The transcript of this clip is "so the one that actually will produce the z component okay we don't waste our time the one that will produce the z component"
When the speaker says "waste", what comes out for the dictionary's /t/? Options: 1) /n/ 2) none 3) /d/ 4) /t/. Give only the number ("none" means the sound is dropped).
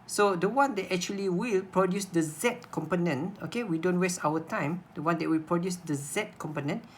4